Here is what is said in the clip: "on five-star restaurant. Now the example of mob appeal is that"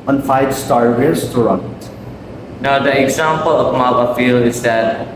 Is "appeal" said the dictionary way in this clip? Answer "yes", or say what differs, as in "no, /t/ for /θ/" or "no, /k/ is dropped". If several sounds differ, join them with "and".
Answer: no, /f/ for /p/